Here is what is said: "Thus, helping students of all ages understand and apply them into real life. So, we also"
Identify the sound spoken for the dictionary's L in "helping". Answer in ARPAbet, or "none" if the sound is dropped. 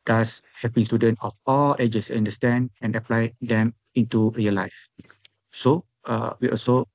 none